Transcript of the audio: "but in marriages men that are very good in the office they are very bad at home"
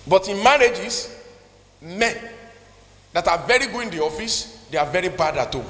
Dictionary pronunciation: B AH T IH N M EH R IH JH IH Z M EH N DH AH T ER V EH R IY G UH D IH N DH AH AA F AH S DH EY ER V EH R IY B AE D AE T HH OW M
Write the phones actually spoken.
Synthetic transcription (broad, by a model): B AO T IH N M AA R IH JH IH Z M EH N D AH T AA V EH R IY G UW IH N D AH AA F AH S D EY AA V EH R IY B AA D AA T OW